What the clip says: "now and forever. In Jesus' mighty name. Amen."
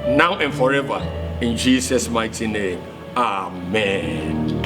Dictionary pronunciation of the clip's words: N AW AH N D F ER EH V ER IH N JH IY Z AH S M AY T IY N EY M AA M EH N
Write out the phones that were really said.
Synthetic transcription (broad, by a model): N AW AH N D F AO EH V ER IH N JH IY S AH S M AY T IY N EY M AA M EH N